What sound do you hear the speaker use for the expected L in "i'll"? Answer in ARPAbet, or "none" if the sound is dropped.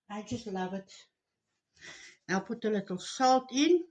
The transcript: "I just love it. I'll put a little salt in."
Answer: W